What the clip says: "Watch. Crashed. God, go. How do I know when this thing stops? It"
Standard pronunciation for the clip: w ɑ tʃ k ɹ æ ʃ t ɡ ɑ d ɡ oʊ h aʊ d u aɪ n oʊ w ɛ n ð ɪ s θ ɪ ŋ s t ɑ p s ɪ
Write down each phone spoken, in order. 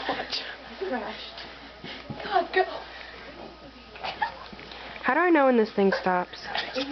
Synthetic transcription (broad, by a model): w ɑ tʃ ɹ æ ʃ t ɡ ɑ d ɡ oʊ h aʊ d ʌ aɪ n oʊ w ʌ n ð ɪ s θ ɪ ŋ s t ɑ p s